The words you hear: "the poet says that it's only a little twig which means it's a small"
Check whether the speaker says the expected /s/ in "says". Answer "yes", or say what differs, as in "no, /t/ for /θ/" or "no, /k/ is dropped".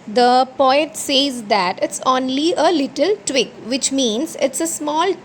yes